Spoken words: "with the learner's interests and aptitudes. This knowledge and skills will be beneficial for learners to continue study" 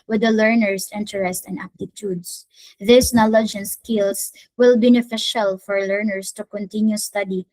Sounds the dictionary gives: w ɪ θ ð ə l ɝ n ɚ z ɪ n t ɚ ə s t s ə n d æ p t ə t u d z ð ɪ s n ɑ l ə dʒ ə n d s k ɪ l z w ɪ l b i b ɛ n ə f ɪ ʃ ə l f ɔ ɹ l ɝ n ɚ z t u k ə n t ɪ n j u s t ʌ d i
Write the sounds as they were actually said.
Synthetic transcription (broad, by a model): w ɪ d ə l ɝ n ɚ s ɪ n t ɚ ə s t ə n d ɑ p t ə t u d s ð ɪ s n ɑ l ə dʒ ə n s k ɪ l s w ɪ l b i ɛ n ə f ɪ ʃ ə l f ɔ ɹ l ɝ n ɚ s t u k ə n t ɪ n j u s t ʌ d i